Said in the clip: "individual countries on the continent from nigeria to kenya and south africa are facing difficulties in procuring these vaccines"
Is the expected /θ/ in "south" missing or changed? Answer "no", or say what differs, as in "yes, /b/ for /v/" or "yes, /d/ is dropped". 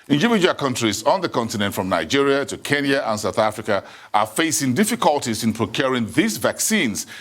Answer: no